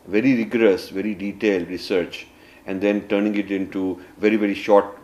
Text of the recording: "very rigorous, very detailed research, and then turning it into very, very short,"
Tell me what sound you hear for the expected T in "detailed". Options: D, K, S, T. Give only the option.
T